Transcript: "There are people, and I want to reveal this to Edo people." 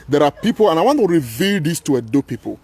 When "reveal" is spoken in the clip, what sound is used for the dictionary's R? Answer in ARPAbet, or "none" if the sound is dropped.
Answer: R